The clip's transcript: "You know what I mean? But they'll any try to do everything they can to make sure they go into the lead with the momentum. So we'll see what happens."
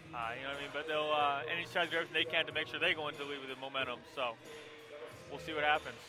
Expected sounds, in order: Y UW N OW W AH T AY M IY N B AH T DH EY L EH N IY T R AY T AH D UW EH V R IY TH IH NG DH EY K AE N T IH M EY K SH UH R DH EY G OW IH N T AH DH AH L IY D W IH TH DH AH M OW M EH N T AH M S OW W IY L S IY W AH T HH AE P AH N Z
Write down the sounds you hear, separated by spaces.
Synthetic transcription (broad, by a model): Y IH N OW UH AY M IY N B AH T DH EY L EH N IY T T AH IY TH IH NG DH EY K AE N T IH M EY K SH UH R DH EY G OW IH N T AH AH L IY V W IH DH AH M OW M EH T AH M S OW W IY L S IY W AH T HH AE P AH N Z